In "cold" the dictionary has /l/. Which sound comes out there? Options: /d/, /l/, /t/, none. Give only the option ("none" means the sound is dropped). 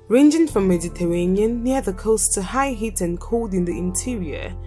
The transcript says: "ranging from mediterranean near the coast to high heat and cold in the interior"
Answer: none